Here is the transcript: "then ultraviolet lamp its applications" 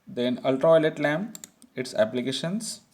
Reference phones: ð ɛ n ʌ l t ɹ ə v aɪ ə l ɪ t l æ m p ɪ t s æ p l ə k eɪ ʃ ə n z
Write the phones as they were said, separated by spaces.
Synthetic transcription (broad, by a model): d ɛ n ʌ l t ɹ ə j l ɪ t l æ m ɪ t s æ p l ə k eɪ ʃ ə n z